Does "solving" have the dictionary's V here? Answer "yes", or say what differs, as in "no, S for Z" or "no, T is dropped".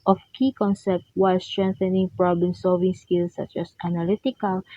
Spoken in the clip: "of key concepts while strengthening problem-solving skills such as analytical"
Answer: yes